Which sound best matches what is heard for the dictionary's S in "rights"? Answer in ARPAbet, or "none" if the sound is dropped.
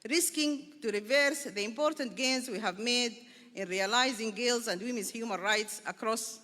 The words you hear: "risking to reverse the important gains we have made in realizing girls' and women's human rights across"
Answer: S